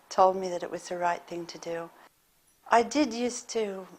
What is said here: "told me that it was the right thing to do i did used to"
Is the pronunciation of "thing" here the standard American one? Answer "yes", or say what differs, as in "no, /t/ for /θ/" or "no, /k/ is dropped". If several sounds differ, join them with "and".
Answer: yes